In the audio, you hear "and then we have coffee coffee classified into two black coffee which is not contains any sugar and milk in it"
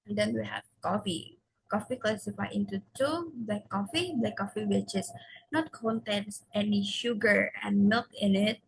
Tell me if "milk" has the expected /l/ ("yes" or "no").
no